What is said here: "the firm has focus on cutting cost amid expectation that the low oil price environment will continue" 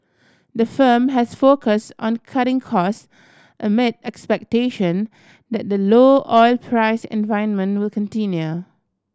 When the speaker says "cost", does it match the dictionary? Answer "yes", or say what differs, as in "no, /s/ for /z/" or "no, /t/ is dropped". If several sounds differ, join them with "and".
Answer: yes